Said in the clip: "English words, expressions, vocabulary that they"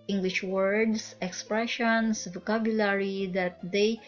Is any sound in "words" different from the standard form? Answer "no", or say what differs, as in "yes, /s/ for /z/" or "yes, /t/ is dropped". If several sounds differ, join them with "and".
yes, /s/ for /z/